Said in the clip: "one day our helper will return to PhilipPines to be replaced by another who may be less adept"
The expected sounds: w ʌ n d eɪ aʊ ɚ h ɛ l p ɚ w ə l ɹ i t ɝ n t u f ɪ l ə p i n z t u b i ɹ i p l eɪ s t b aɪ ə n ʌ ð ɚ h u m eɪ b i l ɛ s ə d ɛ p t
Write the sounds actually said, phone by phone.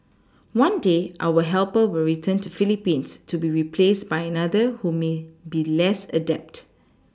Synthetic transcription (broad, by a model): w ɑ n d eɪ aʊ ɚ h ɛ l p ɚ w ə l ɹ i t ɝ n t u f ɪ l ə p i n s t u b i ɹ i p l eɪ s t b aɪ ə n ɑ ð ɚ h u m eɪ b i l ɛ s ə d ɛ p t